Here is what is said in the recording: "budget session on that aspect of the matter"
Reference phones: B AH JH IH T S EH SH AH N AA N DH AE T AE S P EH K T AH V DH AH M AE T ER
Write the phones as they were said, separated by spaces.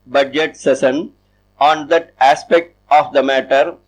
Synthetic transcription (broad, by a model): B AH JH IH T S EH S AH N AA N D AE T AE S P EH K T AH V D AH M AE T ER